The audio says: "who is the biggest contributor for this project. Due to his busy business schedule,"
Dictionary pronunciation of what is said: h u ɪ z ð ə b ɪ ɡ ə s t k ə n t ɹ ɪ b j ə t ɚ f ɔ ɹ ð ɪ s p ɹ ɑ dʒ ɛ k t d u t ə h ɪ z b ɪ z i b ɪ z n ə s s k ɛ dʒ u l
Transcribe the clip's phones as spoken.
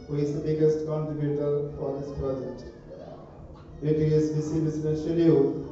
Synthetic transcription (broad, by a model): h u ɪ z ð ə b ɪ ɡ ə s t k ə n t ɹ ɪ b j ə t ɚ f ɔ ɹ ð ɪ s p ɹ ɑ dʒ ɛ k t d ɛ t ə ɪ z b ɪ s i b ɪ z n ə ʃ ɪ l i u